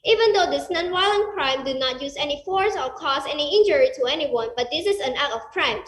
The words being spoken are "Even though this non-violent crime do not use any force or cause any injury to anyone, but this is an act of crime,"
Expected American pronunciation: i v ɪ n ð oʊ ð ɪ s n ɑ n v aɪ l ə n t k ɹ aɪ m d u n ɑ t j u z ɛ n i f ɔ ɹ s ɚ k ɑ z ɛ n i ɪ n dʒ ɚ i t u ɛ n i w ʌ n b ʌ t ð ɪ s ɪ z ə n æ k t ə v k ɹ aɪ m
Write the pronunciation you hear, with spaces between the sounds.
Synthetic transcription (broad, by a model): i v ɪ n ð oʊ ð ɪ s n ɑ n w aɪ l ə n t k ɹ aɪ m d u n ɑ t j u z ɛ n i f ɔ ɹ s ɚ k ɑ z ɛ n i ɪ n dʒ ɚ i t u ɛ n i w ʌ n b ʌ t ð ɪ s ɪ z ə n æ t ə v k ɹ aɪ m